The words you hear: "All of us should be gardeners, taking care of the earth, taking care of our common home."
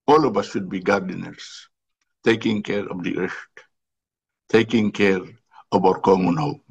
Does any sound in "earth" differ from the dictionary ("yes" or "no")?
yes